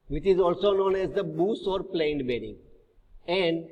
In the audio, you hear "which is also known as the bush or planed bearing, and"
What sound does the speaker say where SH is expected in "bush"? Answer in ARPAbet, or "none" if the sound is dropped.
S